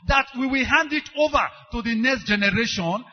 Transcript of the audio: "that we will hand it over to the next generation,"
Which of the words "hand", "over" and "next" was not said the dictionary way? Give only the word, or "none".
none